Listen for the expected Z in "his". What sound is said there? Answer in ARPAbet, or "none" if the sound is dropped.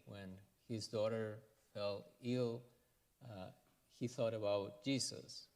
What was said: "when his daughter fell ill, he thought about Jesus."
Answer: Z